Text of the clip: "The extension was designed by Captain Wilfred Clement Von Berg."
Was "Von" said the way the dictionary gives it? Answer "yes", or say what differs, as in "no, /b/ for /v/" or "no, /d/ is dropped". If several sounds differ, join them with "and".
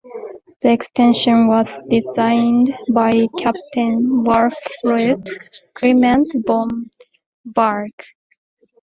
no, /b/ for /v/